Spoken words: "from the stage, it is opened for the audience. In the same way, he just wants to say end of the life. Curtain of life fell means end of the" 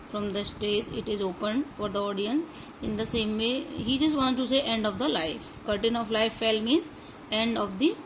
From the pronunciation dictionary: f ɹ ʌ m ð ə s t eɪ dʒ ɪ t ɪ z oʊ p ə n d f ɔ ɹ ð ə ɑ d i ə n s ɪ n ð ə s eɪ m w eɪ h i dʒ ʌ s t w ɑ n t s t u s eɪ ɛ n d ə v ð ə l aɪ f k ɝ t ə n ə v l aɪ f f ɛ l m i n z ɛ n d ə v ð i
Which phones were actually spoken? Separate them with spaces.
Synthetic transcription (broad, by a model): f ɹ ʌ m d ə s t eɪ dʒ ɪ t ɪ z oʊ p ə n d f ɔ ɹ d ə ɑ d i ə n s ɪ n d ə s eɪ m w eɪ h i dʒ ʌ s t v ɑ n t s t u s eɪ ɛ n d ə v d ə l aɪ f k ɝ t ə n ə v l aɪ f f ɛ l m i z ɛ n d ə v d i